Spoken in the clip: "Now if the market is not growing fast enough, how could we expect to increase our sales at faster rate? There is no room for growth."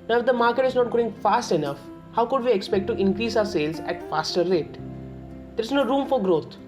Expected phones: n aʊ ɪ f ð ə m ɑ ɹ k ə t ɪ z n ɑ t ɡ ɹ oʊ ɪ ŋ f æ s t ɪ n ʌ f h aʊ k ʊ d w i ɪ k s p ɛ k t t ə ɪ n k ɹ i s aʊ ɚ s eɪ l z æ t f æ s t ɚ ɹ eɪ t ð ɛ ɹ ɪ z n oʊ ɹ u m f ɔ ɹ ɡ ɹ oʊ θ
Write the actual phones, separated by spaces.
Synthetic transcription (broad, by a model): n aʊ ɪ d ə m ɑ ɹ k ə t ɪ z n ɑ t ɡ oʊ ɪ ŋ f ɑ s t ɪ n ʌ f h aʊ k ʊ d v i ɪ k s p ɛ k t t ɪ n k ɹ i s aʊ ɚ s eɪ l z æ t f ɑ s t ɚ ɹ eɪ t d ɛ ɹ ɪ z n oʊ ɹ u m f ɔ ɹ ɡ ɹ oʊ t